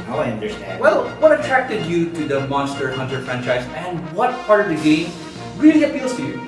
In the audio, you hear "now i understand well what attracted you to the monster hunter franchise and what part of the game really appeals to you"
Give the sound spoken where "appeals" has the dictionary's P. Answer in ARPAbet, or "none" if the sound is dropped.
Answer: F